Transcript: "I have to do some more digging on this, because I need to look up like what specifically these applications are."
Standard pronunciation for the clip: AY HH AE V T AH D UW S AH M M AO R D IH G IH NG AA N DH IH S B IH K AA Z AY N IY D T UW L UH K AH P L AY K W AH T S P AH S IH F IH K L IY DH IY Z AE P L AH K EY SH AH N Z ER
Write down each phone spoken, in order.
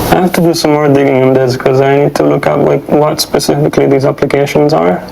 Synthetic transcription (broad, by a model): AY HH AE F T AH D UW S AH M M AO R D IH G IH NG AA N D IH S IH K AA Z AY N IY D T UW L UH K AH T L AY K W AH T S P AH S IH F IH K L IY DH IY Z AE P L AH K EY SH AH N Z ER